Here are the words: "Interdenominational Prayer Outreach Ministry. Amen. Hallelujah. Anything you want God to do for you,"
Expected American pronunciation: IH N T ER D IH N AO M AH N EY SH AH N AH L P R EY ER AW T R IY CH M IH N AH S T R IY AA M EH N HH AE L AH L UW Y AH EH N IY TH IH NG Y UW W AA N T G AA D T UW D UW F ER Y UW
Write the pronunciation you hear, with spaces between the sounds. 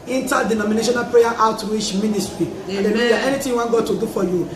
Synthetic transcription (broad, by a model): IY N T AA D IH N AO M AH N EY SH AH N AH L P R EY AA AW T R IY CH M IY N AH S T R IY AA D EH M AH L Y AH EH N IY T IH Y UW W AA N G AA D T UW D UW F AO Y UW